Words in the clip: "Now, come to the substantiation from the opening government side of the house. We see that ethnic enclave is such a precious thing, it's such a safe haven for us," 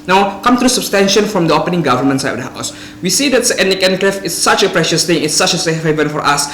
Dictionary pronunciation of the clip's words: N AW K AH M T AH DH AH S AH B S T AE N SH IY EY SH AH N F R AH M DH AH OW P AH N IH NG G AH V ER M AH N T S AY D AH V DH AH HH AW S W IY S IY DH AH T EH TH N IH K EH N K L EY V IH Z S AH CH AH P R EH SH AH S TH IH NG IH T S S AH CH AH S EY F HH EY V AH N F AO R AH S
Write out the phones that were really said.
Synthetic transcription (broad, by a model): N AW K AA M T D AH S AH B S T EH N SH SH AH N F R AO M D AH OW P AH N IH NG G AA V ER M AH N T S AY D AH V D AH HH AW S W IY S IY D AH T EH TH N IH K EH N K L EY F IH S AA CH AH P R EH SH AH S T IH NG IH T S S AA CH AH S EY F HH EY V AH N F AO R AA S